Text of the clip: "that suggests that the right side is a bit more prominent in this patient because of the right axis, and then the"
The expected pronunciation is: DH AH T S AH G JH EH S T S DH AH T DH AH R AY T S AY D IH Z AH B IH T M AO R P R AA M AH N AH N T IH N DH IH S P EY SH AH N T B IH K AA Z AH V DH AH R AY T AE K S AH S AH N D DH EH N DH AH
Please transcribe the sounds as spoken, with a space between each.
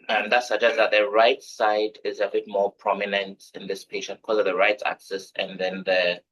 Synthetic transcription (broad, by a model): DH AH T S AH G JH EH S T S DH AH T DH AH R AY T S AY D IH Z AH B IH T M AO R P R AA M AH N AH N T IH N DH IH S P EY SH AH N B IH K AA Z AH V DH AH R AY T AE K S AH S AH N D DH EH N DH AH